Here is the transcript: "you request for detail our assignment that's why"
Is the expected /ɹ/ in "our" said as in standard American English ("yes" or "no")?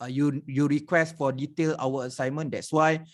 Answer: no